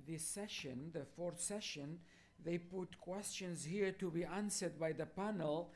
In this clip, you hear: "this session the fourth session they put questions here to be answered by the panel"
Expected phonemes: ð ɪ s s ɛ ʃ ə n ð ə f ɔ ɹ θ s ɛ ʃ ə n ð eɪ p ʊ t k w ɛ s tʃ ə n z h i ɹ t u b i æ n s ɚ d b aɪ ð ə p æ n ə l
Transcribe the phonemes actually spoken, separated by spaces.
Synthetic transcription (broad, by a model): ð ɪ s s ɛ ʃ ə n ð ə f ɔ ɹ θ s ɛ ʃ ə n ð eɪ p ʊ t k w ɛ s tʃ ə n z h i ɹ t u b i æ n s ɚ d b aɪ ð ə p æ n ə l